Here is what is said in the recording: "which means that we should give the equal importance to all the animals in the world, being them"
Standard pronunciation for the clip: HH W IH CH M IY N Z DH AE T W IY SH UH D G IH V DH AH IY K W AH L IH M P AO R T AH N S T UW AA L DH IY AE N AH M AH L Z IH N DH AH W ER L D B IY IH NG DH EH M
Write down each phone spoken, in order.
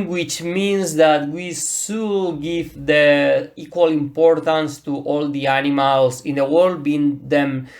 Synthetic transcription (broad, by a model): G W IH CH M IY N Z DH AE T W IY S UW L G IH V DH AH IY K W AH L IH M P AO R T AH N S T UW AA L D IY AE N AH M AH L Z IH N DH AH W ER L D B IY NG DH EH M